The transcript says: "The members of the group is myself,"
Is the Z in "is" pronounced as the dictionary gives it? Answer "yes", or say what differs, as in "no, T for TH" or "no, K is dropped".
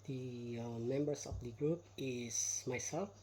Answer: no, S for Z